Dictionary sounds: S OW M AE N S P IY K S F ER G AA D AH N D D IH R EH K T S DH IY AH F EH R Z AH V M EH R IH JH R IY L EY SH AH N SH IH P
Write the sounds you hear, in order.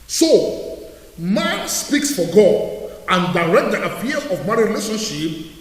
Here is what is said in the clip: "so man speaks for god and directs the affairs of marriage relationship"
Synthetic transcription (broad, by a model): S OW M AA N S P IY K S F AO G AA D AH N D D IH R EH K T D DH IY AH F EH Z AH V M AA IH R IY L EY SH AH N SH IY P